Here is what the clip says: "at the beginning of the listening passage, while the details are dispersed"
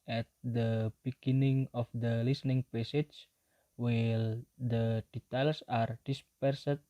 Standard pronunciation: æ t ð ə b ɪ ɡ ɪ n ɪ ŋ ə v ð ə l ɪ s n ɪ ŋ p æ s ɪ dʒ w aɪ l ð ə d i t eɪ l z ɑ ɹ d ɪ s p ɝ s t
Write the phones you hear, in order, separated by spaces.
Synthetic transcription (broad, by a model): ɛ t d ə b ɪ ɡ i n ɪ ŋ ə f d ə l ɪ s n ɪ ŋ p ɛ s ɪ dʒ w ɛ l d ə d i t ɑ l s ɑ ɹ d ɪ s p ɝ s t